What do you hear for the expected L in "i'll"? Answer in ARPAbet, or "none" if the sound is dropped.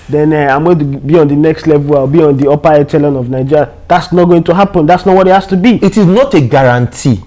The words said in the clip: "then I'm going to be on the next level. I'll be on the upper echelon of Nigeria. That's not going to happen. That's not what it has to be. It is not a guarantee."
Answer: W